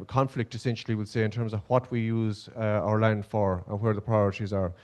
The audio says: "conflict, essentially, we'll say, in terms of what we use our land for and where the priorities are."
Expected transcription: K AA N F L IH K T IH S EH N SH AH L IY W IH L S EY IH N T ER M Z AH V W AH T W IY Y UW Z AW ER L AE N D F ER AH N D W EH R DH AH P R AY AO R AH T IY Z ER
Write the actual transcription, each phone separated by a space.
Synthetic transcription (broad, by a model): K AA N F L IH K T IH S EH N SH AH L IY W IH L S EY IH N T ER M Z AH V W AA T W IY Y UW Z AW ER L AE N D F ER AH N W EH R DH AH P R AY AO R AH T IY Z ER